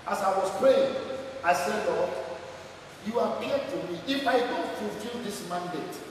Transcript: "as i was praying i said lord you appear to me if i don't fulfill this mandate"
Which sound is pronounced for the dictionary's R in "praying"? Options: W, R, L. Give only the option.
R